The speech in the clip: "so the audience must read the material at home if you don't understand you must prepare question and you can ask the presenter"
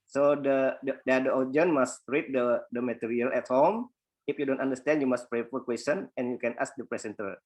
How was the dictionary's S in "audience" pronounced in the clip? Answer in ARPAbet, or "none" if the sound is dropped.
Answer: none